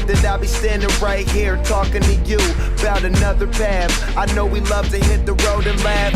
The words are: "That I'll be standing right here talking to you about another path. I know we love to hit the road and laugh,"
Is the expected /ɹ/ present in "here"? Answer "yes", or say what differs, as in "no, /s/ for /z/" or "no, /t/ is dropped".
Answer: yes